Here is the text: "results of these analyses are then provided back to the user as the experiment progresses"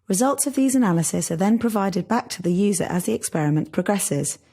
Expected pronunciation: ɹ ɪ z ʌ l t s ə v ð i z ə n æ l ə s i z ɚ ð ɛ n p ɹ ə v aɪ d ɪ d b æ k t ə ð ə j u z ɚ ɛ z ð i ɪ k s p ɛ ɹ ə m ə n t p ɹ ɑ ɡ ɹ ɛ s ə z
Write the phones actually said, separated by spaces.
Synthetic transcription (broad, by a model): ɹ ɪ z ʌ l t s ə v ð i z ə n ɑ l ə s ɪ s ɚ ð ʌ n p ɹ ə v aɪ d ɪ d b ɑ k t ə ð ə j u z ɚ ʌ z ð i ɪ k s p ɛ ɹ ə m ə n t p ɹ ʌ ɡ ɹ ɛ s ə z